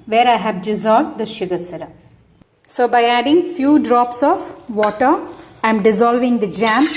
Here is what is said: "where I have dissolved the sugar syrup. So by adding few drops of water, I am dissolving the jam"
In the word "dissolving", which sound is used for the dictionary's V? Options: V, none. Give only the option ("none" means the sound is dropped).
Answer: V